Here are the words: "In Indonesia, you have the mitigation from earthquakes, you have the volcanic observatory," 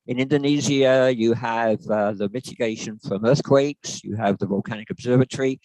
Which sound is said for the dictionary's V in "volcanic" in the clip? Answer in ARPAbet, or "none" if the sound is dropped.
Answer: V